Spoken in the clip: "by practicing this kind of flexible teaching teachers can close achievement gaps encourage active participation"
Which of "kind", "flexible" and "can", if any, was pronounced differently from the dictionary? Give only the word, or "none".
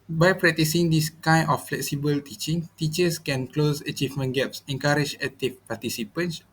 kind